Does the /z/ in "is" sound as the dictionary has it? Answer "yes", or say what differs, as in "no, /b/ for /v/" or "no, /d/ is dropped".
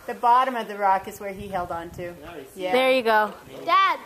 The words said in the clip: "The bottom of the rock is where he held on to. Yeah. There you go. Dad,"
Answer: yes